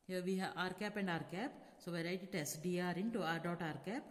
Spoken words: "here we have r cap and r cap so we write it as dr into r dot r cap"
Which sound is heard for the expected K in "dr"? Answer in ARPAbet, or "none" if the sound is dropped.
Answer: none